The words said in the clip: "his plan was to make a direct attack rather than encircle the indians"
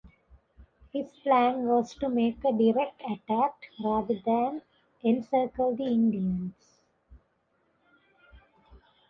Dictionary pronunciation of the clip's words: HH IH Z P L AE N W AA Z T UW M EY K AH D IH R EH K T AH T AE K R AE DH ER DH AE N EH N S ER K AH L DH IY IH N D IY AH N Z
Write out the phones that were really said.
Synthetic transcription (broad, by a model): HH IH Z P L AE N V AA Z T UW M EY K AH D IH R EH K T AH T AE K R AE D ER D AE N EH N S ER K AH L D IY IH N D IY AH N S